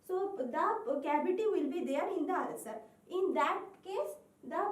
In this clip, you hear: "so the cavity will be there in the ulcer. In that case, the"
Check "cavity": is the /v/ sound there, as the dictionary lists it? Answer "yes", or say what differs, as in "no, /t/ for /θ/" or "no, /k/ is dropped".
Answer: no, /b/ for /v/